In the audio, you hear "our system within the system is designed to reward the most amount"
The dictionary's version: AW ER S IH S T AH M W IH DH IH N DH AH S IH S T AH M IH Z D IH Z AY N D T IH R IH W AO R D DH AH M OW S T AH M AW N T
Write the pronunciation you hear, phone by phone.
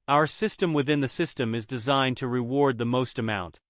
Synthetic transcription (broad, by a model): AW ER S IH S T AH M W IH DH IH N DH AH S IH S T AH M IH Z D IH Z AY N T IH R IH W AO R D DH AH M OW S T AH M AW N T